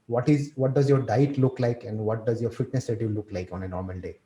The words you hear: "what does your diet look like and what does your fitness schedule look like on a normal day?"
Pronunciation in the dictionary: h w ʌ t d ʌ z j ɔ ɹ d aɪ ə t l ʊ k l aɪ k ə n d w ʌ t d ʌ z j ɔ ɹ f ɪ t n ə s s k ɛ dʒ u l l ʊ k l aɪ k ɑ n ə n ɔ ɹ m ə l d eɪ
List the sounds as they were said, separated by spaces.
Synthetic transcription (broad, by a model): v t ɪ t d ʌ z j ɔ ɹ d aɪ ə t l ʊ k l aɪ k ə n d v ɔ t d ʌ z j ɔ ɹ f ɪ t n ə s s ɛ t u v l ʊ k l aɪ k ɑ n ə n ɔ ɹ m ə l d eɪ